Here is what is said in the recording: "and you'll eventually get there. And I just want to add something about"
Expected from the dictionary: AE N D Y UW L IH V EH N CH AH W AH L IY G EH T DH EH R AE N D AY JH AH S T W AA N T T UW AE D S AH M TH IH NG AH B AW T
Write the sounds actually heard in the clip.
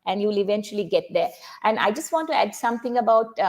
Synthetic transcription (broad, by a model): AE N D Y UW L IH V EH N CH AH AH L IY G EH T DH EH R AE N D AY JH AH S T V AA N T T UW AE D S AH M T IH NG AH B AW T